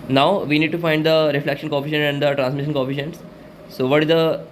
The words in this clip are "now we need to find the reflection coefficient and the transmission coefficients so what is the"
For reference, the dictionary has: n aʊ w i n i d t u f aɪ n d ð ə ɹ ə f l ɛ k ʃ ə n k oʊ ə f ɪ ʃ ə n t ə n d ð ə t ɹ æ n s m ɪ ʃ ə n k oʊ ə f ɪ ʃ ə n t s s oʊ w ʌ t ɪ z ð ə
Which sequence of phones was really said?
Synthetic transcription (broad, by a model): n aʊ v i n i d t u f aɪ n d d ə ɹ ə f l ɛ k ʃ ə n k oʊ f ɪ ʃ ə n ə n d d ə t ɹ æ n s m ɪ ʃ ə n k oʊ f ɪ ʃ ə n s s oʊ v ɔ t ɪ z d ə